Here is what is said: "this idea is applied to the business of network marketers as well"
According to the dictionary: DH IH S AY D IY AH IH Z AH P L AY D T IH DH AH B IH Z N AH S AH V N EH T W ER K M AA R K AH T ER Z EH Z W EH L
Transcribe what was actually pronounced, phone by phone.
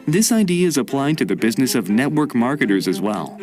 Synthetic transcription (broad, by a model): DH IH S AY D IY AH IH Z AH P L AY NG T IH DH AH B IH Z N AH S AH V N EH T W ER K M AA R K AH T ER Z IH Z W EH L